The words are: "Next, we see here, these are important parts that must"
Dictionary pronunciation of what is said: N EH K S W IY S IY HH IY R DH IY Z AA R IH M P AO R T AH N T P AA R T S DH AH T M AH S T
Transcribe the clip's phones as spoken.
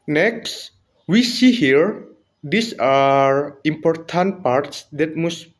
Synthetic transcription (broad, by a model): N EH K S W IY S IY HH IY R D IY S AA R IH M P AO R T AH N T P AA R T S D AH T M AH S